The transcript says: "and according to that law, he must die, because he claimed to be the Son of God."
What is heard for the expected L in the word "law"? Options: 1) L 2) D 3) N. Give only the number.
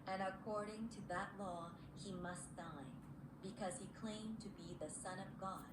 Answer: 1